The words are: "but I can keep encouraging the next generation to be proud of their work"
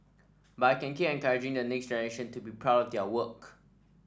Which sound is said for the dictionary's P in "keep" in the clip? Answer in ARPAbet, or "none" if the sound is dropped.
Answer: none